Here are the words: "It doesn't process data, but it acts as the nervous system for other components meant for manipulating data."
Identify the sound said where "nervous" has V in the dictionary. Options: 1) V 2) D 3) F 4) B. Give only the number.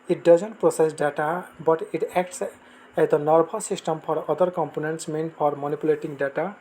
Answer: 4